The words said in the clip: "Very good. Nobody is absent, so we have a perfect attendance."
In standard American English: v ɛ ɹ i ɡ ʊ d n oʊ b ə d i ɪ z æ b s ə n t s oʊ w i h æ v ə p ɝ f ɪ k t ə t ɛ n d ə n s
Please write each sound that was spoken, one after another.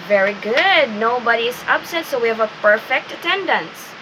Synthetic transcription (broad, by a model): v ɛ ɹ i ɡ ʊ d n oʊ b ə d i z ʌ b s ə t s oʊ w i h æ v ə p ɝ f ɪ k t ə t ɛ n d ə n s